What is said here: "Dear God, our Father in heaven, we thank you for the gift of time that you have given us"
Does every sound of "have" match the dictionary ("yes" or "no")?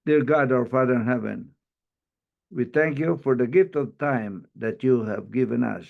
yes